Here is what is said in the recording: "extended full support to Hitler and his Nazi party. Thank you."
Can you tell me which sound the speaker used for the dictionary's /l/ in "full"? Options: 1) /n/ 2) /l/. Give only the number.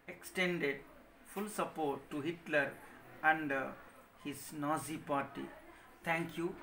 2